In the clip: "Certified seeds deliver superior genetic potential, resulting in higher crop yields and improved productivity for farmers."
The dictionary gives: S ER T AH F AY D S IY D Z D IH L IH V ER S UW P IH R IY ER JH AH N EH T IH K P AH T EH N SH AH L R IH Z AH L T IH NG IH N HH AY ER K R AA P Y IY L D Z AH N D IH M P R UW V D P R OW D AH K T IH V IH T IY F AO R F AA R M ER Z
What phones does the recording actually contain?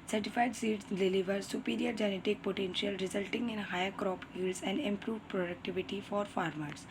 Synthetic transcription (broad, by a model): S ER T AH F AY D S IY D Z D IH L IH V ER S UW P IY R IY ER JH AH N EH T IH K P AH T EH N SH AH L R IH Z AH L T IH NG IH N HH AY ER K R AA P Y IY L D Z AH N D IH M P R UW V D P R OW D AH K T IH V IH T IY F AO R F AA R M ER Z